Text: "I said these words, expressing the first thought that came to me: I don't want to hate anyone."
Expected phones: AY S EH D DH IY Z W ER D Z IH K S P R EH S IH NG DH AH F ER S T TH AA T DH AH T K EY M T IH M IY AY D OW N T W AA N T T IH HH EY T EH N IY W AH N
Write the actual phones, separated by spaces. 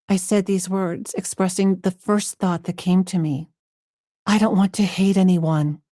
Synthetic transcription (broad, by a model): AY S EH D DH IY Z W ER D Z IH K S P R EH S IH NG DH AH F ER S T TH AA T DH AH T K EY M T IH M IY AY D OW N T W AA N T T IH HH EY T EH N IY W AH N